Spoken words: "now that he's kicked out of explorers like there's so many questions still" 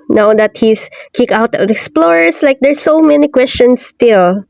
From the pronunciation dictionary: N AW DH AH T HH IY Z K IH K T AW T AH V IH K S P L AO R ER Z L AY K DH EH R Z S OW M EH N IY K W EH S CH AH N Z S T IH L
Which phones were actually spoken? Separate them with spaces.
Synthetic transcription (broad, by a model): N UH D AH T HH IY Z K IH K AW T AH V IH K S P L AO R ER S L AY K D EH R S OW M EH N IY K W EH S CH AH N S T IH L